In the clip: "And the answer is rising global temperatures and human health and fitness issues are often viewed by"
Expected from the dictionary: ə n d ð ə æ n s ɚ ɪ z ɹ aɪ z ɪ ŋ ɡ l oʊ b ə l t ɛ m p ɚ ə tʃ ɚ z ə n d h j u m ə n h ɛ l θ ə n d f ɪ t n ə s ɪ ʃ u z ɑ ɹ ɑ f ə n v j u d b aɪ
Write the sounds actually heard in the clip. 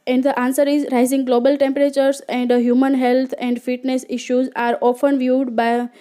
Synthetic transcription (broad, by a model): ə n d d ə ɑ n s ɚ ɪ z ɹ aɪ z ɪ ŋ ɡ l oʊ b ə l t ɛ m p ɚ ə tʃ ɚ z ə n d h j u m ə n h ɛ l t ə n d f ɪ t n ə s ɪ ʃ u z ɑ ɹ ɑ f ə n v j u d b aɪ